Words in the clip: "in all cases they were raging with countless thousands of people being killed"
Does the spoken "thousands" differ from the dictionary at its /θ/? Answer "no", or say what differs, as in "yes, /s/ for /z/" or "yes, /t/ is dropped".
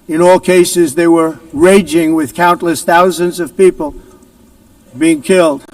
no